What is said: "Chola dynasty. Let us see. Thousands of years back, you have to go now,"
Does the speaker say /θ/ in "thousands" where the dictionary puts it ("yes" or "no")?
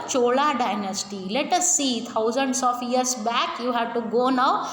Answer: no